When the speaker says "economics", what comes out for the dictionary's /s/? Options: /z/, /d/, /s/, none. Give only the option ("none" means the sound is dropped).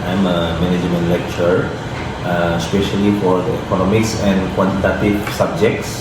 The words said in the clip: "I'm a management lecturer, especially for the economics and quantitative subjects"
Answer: /s/